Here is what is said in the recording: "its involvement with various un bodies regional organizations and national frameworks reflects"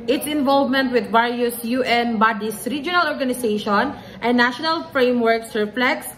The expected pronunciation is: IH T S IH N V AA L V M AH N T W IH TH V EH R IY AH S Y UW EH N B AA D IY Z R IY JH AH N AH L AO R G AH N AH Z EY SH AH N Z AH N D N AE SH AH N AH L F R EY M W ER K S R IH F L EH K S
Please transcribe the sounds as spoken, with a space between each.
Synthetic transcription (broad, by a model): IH T S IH N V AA L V M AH N T W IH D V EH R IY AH S Y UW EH N B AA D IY S R IY JH AH N AH L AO R G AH N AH S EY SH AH N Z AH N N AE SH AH N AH L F R EY M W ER K S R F L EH K S